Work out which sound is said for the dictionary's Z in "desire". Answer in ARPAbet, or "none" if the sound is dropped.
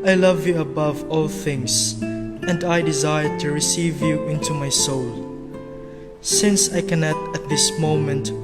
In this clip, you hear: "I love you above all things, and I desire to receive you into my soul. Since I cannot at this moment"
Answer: Z